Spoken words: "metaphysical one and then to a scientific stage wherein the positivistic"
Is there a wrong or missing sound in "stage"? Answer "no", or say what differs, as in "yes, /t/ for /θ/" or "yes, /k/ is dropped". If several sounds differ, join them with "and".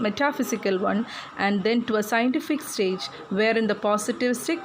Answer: no